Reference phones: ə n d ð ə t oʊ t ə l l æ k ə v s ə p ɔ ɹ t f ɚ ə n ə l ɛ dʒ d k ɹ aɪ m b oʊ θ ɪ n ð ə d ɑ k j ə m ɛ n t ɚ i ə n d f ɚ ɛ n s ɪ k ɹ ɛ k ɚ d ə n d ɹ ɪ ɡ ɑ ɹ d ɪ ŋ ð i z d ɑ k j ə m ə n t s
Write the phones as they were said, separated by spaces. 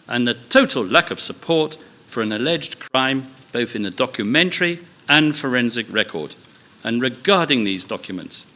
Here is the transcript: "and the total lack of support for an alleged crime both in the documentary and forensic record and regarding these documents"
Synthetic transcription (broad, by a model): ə n ð ə t oʊ t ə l l æ k ə v s ə p ɔ ɹ t f ɚ ə n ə l ɛ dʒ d k ɹ aɪ m b oʊ θ ɪ n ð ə d ɑ k j ə m ɛ n t ɚ i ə n f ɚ ɛ n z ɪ k ɹ ɛ k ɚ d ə n ɹ ɪ ɡ ɑ ɹ d ɪ ŋ ð i z d ɑ k j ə m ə n t s